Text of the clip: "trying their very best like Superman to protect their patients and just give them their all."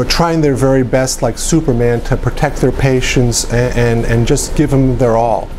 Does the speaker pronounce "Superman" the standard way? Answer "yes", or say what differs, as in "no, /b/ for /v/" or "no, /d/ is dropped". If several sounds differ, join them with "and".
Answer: yes